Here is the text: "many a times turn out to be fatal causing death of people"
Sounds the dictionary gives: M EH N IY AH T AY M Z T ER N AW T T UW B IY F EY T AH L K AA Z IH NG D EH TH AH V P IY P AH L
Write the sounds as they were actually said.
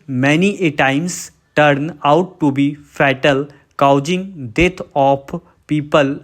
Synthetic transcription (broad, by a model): M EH N IY AH T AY M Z T ER N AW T T UW B IY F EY T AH L K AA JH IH NG D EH T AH P P IY P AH L